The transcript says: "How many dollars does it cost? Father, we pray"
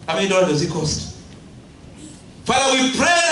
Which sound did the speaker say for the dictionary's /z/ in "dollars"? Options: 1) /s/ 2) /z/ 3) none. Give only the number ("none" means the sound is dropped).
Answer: 3